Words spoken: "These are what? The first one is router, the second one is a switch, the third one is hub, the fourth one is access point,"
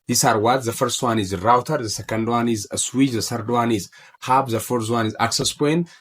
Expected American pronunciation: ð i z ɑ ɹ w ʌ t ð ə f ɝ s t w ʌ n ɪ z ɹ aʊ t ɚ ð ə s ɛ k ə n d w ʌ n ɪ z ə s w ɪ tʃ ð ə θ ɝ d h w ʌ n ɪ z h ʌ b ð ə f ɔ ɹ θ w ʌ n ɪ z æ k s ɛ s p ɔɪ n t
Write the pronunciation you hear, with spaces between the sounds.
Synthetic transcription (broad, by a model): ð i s ɑ ɹ w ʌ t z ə f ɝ s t w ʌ n ɪ z ɹ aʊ t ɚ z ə s ɛ k ə n d w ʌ n ɪ z ə s w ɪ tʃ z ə s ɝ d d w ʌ n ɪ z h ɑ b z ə f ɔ ɹ s w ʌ n ɪ z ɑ k s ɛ s p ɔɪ n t